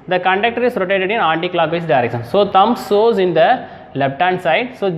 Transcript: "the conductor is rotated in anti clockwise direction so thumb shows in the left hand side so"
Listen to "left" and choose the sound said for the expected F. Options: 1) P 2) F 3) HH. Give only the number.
1